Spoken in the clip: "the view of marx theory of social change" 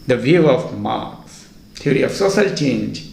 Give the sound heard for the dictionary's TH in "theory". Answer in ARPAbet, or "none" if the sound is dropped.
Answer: T